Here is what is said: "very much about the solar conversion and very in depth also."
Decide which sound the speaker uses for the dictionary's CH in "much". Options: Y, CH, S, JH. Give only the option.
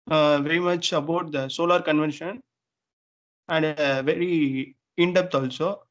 CH